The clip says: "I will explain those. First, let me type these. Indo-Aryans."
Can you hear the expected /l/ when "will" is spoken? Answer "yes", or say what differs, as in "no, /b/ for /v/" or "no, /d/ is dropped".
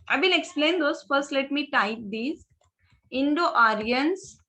no, /n/ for /l/